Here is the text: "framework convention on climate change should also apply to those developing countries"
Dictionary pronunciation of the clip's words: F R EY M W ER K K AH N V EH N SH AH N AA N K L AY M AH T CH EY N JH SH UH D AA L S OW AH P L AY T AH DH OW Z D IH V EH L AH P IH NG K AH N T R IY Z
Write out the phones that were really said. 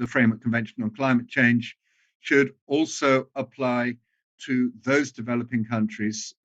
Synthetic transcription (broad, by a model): F R EY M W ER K K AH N V EH N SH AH N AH N K L AY M AH T CH EY N ZH SH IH D AA L S OW AH P L AY T AH DH OW Z D IH V EH L AH P IH NG K AH N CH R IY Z